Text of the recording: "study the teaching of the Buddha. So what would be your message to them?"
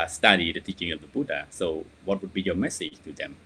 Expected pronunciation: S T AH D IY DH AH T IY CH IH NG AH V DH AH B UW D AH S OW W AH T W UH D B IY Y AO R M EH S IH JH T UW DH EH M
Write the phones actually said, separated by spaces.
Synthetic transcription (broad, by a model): S T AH D IY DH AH T IY CH IH NG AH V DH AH B UW D AH S OW W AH T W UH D B IY Y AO M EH S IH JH T UW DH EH M